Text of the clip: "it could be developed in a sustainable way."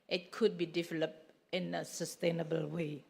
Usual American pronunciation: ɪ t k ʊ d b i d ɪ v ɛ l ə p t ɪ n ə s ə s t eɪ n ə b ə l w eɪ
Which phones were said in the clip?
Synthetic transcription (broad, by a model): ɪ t k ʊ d b i d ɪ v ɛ l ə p ɪ n ə s ə s t eɪ n ə b ə l w eɪ